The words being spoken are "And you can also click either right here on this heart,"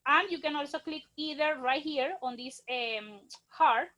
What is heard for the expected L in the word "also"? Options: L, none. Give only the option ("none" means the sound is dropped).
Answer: L